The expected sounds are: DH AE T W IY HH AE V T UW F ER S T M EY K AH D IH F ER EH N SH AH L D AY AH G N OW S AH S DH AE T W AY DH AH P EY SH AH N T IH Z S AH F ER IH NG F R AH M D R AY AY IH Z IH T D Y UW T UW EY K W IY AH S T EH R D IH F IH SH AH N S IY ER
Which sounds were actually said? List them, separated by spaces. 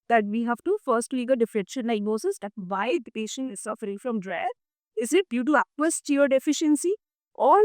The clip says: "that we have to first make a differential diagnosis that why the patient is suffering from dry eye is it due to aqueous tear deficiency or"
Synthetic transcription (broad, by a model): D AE T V IY HH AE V T UW F ER S T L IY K AH D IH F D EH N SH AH N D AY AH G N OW S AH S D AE T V AY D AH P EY SH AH N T IH Z S AH F ER IH NG F R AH M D R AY AY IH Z IH T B Y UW T UW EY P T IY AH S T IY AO D IH F IH SH AH N S IY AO